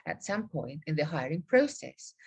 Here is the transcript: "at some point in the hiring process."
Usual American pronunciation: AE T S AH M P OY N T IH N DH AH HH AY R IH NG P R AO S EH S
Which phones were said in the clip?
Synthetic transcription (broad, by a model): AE T S AH M P OY N T IH N DH AH HH AY R IH NG P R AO S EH S